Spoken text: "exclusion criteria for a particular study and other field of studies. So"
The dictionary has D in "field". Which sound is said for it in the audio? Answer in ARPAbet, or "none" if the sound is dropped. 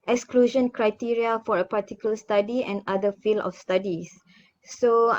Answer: none